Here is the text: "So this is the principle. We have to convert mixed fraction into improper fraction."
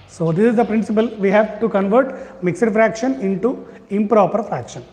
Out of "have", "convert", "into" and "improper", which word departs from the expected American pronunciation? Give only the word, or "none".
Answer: none